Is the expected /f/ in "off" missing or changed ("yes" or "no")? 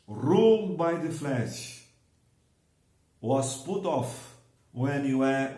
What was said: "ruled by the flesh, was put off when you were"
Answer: no